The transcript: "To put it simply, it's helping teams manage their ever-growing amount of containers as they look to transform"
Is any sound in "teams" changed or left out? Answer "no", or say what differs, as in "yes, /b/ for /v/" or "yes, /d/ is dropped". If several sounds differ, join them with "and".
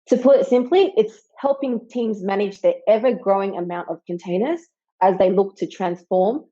no